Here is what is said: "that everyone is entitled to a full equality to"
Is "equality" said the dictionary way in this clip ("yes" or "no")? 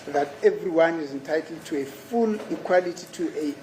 yes